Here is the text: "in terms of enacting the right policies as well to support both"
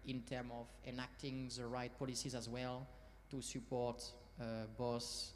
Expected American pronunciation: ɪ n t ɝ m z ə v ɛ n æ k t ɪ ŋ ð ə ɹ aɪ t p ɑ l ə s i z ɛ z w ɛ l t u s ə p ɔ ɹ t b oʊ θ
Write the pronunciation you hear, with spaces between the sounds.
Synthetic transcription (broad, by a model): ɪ n t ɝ m ə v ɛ n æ k t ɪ ŋ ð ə ɹ aɪ t p ɑ l ə s i z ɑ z w ɛ l t u s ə p ɔ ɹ t b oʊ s